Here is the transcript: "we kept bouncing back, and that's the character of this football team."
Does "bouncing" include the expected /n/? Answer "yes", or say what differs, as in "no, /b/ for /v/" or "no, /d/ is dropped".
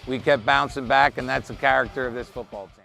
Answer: yes